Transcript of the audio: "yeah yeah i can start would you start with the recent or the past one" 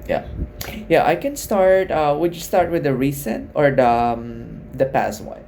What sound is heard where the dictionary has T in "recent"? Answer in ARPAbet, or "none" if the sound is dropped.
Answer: T